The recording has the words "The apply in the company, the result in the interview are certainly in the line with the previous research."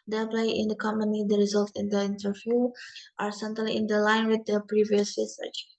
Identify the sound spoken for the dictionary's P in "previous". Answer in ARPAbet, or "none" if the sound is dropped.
P